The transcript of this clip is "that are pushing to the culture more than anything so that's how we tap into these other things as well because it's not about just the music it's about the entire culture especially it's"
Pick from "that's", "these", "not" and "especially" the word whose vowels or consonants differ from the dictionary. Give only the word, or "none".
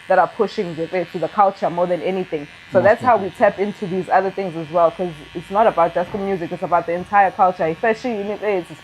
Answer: especially